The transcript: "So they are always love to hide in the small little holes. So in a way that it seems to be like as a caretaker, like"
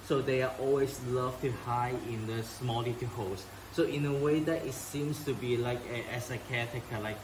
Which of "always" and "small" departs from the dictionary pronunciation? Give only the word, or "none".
always